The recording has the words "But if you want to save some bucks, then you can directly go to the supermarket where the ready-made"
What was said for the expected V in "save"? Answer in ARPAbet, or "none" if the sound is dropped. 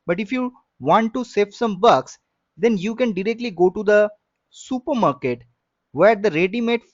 F